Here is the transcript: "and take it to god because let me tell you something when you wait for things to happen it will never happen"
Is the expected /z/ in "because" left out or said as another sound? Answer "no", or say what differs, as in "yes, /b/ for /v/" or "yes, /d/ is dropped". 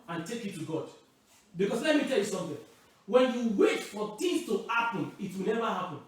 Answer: yes, /s/ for /z/